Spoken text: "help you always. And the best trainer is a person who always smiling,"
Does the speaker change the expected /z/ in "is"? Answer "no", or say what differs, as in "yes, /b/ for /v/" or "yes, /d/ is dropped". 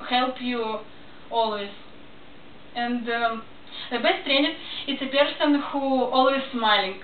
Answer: yes, /s/ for /z/